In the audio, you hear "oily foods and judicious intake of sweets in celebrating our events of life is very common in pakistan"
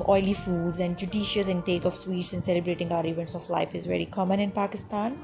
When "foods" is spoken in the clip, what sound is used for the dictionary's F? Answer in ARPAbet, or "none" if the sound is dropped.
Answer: F